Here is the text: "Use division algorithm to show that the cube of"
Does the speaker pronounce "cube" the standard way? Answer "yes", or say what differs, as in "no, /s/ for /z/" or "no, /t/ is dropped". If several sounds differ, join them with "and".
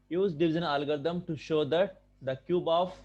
yes